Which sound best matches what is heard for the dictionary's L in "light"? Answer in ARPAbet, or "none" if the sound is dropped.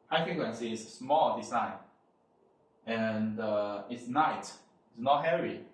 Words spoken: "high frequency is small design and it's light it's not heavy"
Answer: N